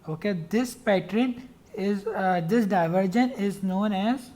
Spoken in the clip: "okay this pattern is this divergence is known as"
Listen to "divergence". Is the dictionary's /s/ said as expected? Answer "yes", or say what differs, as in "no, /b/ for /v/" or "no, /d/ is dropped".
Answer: no, /s/ is dropped